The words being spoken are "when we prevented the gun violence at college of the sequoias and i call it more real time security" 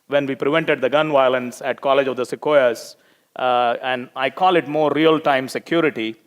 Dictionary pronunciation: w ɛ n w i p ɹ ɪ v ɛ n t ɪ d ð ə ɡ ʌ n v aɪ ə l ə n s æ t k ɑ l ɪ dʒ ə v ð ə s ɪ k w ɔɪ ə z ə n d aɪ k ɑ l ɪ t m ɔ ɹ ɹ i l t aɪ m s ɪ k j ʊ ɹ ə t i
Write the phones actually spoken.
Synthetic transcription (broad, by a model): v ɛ n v i p ɹ ɪ v ɛ n t ɪ d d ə ɡ ʌ n v aɪ ə l ə n s æ t k ɑ l ɪ dʒ ə v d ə s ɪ k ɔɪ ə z ə n d aɪ k ɑ l ɪ t m ɔ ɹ ɹ i l t aɪ m s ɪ k j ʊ ɹ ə t i